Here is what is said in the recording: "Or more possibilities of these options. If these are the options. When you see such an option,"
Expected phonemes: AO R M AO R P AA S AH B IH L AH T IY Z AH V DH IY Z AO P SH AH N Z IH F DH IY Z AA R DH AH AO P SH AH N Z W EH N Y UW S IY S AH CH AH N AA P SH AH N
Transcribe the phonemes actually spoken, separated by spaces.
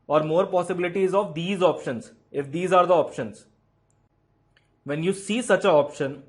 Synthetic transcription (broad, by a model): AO R M AO R P AA S AH B IH L AH T IY Z AH V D IY Z AO P SH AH N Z IH F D IY Z AA R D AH AO P SH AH N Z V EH N Y UW S IY S AH CH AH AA P SH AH N